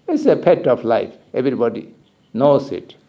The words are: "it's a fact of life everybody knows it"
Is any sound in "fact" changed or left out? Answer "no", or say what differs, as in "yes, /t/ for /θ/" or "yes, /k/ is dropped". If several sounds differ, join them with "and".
yes, /p/ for /f/ and /k/ is dropped